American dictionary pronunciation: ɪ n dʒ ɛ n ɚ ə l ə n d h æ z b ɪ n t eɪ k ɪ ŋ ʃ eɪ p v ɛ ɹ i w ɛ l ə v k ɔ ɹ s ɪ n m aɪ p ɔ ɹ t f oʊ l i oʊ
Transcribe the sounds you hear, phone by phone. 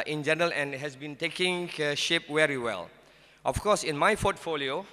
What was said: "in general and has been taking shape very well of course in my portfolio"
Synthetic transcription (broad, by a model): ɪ n dʒ ɛ n ɚ ə l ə n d h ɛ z b ɪ n t eɪ k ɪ ŋ ʃ eɪ p w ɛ ɹ i w ɛ l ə f k ɔ s ɪ n m aɪ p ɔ t f oʊ l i oʊ